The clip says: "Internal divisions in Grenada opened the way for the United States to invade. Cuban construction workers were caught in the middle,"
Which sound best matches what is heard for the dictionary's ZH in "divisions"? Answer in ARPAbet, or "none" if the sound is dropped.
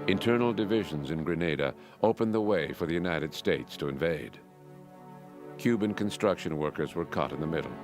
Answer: ZH